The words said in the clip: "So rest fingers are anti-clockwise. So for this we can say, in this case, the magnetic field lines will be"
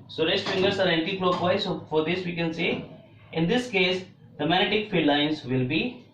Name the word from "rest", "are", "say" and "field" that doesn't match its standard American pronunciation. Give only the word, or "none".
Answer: field